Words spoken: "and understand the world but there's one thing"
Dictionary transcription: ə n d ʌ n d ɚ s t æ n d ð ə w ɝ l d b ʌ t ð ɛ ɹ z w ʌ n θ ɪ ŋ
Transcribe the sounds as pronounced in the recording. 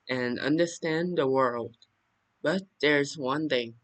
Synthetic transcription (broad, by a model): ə n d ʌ n d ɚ s t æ n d ð ə w ɝ l d b ʌ t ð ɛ ɹ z w ʌ n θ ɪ ŋ